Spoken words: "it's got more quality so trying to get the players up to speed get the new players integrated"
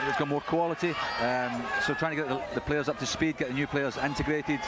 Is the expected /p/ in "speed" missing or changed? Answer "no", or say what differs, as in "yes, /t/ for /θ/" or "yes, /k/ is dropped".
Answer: no